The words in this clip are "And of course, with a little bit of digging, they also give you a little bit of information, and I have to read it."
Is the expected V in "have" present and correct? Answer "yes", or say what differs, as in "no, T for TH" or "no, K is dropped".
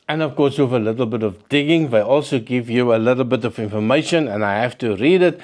no, F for V